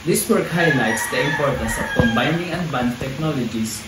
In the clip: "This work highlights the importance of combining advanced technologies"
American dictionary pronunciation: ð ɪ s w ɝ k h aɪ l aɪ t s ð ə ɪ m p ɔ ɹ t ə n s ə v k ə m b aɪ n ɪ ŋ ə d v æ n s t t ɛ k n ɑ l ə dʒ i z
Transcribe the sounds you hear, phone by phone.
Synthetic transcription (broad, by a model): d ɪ s w ɝ k h aɪ l aɪ t s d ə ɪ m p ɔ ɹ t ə s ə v k ə m b aɪ n ɪ ŋ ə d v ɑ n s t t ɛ k n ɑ l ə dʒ i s